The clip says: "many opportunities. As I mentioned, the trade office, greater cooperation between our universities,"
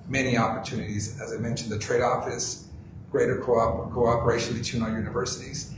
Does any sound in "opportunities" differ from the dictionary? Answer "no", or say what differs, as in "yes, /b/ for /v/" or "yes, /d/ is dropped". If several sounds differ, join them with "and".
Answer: no